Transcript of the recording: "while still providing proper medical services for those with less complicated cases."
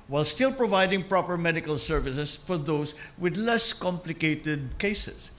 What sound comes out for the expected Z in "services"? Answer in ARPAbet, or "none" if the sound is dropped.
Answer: S